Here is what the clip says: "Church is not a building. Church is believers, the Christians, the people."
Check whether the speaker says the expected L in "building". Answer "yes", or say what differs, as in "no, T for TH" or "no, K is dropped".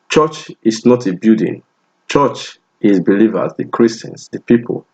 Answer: no, L is dropped